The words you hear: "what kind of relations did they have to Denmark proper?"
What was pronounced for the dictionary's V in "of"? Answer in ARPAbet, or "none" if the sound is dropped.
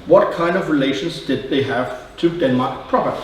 V